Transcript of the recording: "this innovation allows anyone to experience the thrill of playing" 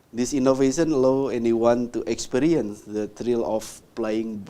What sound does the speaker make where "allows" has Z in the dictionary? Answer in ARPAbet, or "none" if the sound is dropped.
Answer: none